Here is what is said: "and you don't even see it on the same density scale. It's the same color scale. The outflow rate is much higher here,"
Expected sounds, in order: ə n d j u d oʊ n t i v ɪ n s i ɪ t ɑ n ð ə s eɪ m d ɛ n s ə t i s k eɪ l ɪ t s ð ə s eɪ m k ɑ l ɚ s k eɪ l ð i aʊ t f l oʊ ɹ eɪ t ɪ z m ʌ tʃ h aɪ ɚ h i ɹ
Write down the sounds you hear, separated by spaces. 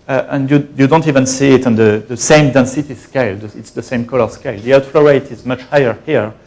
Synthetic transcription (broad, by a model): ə n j j u d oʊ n t i v ɪ n s i ɪ t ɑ n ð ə s eɪ m d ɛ n s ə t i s k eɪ l ɪ t s ð ə s eɪ m k ɑ l ɚ s k eɪ l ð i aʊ t f l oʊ ɹ eɪ t ɪ z m ʌ tʃ h aɪ ɚ h i ɹ